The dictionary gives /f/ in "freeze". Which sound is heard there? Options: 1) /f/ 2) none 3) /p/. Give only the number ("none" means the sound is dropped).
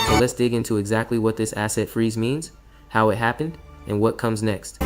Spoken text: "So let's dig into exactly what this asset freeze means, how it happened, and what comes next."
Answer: 1